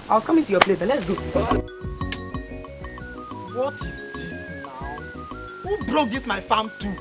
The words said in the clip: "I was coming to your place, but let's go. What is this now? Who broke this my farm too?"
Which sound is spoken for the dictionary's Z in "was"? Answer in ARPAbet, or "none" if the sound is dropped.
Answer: S